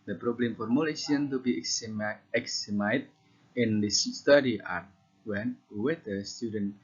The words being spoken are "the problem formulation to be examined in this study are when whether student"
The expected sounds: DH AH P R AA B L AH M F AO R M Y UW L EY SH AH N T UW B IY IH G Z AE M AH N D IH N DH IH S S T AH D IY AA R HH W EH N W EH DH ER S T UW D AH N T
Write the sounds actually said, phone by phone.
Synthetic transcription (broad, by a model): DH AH P R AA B L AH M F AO R M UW L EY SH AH N T UW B IY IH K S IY M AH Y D IH N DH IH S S T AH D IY AA R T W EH N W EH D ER S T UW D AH N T